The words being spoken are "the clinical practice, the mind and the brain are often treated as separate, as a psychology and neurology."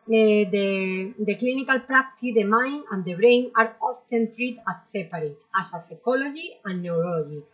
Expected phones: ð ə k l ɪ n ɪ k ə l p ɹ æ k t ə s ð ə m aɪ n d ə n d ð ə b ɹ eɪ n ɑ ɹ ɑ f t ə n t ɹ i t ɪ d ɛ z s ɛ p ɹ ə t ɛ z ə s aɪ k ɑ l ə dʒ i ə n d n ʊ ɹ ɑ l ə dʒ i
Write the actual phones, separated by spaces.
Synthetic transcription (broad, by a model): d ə k l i n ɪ k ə l p ɹ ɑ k t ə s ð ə m aɪ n ə n d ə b ɹ eɪ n ɑ ɹ ɑ f t ə n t ɹ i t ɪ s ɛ p ɹ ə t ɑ s ə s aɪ k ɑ l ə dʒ i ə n n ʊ ɹ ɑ l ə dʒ i